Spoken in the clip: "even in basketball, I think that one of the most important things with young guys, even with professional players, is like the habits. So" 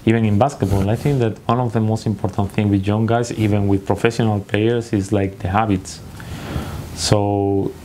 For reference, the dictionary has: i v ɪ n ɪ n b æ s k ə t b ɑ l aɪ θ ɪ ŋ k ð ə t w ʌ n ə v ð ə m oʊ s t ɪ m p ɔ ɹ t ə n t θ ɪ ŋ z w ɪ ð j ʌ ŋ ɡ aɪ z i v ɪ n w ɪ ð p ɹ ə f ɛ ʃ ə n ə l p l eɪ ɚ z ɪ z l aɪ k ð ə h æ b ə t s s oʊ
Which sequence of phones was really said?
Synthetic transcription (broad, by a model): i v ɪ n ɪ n b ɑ s k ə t b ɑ l aɪ θ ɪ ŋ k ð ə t w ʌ n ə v ð ə m oʊ s t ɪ m p ɔ ɹ t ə n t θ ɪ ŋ w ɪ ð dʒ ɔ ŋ ɡ aɪ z i v ɪ n w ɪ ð p ɹ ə f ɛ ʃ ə n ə l p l eɪ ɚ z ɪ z l aɪ k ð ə h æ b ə t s s oʊ